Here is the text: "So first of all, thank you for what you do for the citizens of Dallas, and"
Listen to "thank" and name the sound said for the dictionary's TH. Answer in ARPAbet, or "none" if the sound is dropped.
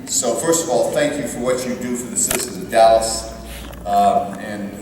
TH